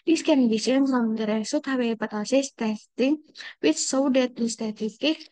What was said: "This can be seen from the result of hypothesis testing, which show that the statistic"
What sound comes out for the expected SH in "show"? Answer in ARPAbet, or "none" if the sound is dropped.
S